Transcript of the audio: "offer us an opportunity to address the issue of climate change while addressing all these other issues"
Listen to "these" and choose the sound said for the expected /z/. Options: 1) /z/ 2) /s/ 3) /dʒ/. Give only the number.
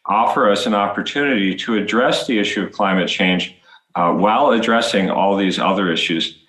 1